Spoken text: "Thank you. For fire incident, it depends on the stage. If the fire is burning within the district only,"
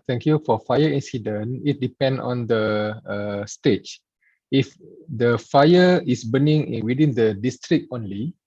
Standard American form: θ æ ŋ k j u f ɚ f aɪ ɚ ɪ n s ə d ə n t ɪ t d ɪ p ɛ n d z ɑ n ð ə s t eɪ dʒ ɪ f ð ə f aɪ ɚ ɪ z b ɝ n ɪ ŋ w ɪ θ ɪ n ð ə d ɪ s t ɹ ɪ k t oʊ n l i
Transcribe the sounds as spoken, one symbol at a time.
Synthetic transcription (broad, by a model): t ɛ ŋ k j u f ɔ f aɪ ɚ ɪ n s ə d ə n ɪ t d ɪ p ɛ n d ɑ n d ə s t eɪ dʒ ɪ f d ə f aɪ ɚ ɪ s b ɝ n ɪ ŋ w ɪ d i n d ə d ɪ s t ɹ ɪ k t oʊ n l i